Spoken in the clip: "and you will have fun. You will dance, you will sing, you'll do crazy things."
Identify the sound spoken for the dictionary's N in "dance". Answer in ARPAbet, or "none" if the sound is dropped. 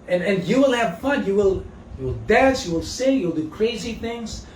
none